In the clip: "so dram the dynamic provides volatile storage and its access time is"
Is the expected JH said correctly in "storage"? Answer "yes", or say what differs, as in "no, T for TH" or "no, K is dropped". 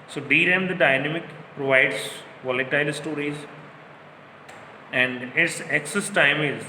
no, Z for JH